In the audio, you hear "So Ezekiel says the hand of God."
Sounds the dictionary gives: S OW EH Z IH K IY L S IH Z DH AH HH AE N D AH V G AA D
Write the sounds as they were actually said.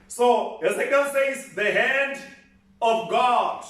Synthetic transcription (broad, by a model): S OW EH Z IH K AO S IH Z DH AH HH AE N D AH V G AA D